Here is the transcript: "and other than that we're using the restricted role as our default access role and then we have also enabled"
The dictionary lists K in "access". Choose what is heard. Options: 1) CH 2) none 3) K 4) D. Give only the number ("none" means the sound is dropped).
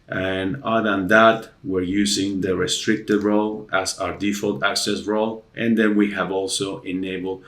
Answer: 3